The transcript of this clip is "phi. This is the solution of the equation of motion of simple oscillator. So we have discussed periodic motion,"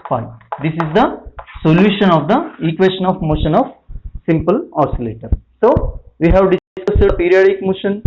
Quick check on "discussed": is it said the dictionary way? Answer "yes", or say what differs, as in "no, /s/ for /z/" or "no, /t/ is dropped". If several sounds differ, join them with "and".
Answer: no, /k/ is dropped